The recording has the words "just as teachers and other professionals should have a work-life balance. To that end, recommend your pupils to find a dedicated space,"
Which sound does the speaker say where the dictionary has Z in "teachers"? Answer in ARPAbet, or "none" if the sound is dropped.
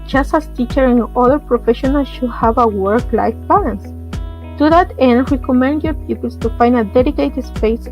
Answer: none